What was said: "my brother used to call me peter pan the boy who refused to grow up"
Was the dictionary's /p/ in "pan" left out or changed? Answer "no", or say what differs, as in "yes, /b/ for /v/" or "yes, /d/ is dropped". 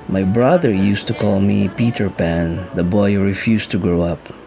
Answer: no